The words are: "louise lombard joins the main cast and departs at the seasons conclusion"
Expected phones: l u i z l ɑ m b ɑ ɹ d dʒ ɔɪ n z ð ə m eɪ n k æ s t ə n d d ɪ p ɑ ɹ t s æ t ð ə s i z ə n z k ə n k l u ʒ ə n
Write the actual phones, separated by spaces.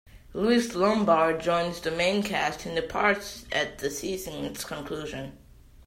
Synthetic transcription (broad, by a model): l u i s l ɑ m b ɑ ɹ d dʒ ɔɪ n z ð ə m eɪ n k æ s t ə n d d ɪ p ɑ ɹ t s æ t ð ə s i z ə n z k ə n k l u ʒ ə n